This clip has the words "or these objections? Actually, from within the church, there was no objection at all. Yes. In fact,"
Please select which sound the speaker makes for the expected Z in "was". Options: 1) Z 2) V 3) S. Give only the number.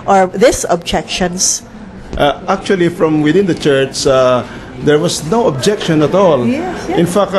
3